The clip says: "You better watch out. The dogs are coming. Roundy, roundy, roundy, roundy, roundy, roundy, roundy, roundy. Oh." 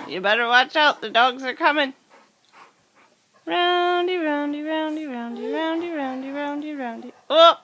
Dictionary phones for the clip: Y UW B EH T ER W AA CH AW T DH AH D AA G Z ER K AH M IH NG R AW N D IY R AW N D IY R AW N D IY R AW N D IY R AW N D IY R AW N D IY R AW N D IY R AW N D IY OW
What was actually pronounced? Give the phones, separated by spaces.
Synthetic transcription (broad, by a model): Y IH B EH T ER W AA CH AW T DH AH D AA G Z ER K AH M IH NG R AW N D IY R AW N D IY R AW N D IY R AW N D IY R AW N D IY R AW N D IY R AW N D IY R AW N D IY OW